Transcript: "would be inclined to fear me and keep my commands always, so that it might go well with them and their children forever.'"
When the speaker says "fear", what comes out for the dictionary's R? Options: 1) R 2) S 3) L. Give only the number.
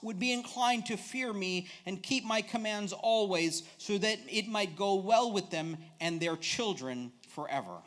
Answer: 1